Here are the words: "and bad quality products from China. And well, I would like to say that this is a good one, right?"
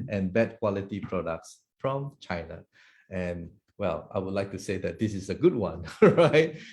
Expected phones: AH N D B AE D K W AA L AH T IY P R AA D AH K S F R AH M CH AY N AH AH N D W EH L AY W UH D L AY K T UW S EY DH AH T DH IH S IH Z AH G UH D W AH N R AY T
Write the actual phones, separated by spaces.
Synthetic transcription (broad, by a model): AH N B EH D K W AA L AH T IY P R AA D AH K S F R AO M CH AY N AH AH N W EH L AY W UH D L AY K T UW S EY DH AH T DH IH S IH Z AH G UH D W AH N R AY T